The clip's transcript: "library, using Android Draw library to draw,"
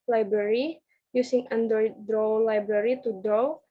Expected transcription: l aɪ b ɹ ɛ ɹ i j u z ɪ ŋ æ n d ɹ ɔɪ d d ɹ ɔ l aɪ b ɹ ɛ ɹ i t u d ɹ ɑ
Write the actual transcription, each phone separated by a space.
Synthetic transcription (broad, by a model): l aɪ b ɹ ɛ ɹ i j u s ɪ ŋ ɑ n d ʌ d d ɹ ɔ l aɪ b ɹ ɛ ɹ i t u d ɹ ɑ